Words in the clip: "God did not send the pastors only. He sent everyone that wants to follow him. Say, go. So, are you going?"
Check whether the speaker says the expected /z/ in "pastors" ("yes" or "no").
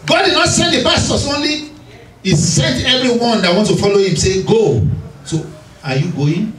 no